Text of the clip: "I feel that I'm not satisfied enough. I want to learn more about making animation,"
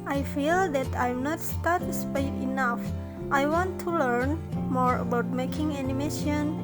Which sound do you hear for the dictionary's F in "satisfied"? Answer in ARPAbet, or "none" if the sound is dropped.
P